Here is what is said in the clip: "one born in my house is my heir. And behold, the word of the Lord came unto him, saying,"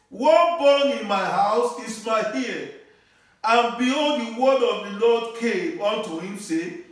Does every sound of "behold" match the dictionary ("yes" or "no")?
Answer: no